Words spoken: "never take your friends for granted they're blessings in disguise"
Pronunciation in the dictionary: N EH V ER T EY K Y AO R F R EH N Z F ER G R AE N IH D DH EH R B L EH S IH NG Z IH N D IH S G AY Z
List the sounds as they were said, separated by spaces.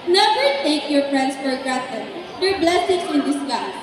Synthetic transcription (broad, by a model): N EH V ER T EY K Y AO R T R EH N S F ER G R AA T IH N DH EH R B L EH S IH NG S IH N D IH S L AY